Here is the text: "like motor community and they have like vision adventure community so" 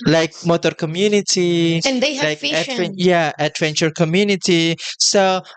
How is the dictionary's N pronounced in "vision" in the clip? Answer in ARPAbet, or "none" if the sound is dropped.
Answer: none